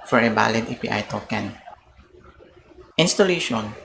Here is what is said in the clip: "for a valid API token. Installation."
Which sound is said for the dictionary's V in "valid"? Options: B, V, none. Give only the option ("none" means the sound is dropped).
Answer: B